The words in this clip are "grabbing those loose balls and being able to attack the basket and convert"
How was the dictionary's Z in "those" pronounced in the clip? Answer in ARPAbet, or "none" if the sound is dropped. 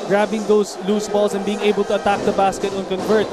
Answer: S